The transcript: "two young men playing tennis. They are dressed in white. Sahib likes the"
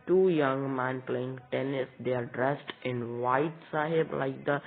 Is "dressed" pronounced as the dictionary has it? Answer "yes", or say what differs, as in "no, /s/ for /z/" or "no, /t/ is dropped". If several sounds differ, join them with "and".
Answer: yes